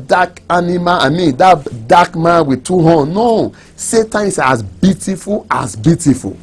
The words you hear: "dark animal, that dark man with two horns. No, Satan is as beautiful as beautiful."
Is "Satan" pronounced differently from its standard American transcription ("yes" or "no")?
yes